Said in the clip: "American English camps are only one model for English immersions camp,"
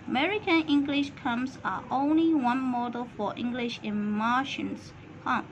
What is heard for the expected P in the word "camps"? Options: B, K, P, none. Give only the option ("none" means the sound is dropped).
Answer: none